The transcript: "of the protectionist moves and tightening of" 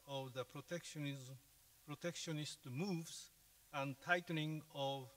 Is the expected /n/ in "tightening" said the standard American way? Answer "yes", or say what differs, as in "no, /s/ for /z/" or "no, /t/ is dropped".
no, /l/ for /n/